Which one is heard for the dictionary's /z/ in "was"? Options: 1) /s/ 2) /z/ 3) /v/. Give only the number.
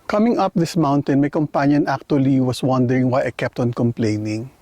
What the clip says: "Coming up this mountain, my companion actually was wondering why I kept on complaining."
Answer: 1